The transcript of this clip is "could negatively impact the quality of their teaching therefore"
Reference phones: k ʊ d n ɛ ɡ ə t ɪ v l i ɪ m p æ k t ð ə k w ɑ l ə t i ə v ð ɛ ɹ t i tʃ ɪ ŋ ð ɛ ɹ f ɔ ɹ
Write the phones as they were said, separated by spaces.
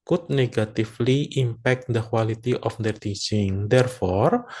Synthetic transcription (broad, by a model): k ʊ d n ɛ ɡ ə t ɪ f l i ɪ m p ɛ k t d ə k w ɑ l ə t i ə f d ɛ ɹ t i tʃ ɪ ŋ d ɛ ɹ f ɔ ɹ